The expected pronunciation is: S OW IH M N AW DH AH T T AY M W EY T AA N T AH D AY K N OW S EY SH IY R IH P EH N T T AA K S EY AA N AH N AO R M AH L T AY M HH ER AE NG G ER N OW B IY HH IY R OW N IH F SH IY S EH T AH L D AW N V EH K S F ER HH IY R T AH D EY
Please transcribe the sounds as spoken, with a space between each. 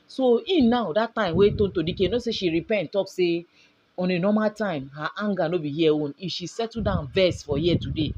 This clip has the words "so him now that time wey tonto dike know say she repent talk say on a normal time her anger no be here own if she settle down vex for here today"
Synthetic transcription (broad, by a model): S OW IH N AW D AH T T AY M W EY T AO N T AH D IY K N OW S EY SH IY R IH P EH N T T AA K S EY AA N AH N AO M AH L T AY M HH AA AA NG G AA N OW B IY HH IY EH OW N IH F SH IY S EH T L D AW N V EH S F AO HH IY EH T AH D EY